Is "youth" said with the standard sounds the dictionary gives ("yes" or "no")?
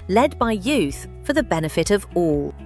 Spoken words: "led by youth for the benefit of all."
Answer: yes